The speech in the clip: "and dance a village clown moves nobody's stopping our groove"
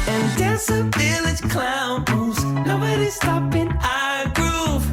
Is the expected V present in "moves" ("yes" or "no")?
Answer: no